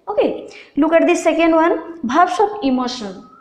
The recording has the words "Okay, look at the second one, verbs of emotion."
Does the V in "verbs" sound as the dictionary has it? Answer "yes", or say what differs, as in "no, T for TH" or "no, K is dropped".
no, B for V